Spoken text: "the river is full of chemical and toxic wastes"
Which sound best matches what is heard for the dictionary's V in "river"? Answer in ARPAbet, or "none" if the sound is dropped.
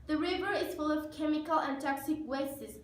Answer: V